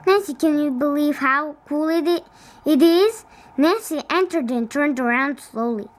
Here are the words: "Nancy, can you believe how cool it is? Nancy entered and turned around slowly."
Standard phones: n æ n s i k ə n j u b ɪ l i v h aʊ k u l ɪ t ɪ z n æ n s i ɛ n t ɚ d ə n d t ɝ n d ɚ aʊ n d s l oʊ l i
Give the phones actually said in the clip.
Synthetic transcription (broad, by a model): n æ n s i k ə n j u b ɪ l i v h aʊ k u l ɪ t ɪ z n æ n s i ɛ n t ɚ d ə n t ɝ n d ɚ aʊ n d s l oʊ l i